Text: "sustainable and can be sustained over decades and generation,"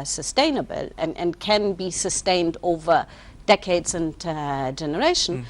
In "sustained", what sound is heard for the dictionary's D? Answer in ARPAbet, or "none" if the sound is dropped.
D